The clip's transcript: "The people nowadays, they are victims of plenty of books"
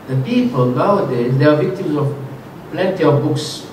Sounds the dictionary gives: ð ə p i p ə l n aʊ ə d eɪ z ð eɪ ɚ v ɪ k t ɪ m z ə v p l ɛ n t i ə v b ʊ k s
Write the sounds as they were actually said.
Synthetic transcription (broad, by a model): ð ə p i p ə l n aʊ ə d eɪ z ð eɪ ɚ v ɪ k t ɪ m z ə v p l ɛ n t i ə v b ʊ k s